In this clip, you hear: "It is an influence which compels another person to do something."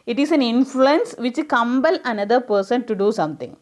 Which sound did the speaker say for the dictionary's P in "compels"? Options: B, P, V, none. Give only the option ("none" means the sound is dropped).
B